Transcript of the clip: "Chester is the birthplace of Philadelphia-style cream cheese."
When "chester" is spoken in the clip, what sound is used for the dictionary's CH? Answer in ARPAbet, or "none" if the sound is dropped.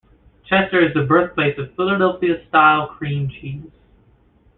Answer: CH